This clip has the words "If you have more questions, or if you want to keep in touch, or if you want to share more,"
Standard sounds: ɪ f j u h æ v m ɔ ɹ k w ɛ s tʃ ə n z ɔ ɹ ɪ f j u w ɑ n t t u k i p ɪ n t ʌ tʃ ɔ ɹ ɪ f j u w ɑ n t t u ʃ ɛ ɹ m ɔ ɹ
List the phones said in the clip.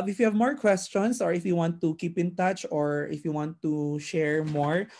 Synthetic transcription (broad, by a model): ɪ f j u h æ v m ɔ ɹ k w ɛ s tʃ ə n s ɔ ɹ ɪ f j u w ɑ n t t u k i p ɪ n t ʌ tʃ ɔ ɹ ɪ f j u w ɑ n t t u ʃ ɛ ɹ m ɔ ɹ